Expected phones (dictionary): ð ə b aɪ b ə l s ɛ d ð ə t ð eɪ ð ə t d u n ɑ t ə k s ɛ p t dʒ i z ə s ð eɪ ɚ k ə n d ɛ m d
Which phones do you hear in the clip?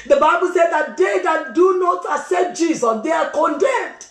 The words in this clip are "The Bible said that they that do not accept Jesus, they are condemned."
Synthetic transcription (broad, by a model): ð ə b aɪ b ə l s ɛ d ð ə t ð eɪ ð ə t d u n ɑ t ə s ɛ t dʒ i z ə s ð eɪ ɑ k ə n d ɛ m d